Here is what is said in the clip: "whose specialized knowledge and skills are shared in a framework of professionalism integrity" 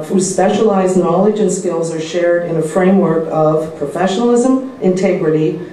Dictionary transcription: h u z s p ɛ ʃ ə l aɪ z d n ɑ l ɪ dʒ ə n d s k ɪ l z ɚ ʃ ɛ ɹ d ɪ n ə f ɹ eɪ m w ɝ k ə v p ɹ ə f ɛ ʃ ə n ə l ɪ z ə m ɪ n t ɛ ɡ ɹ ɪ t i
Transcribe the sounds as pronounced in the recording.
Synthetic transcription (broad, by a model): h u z s p ɛ ʃ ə l aɪ z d n ɑ l ɪ dʒ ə n s k ɪ l z ɚ ʃ ɛ ɹ d ɪ n ə f ɹ eɪ m w ɝ k ə v p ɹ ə f ɛ ʃ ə n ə l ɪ z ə m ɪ n t ɛ ɡ ɹ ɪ t i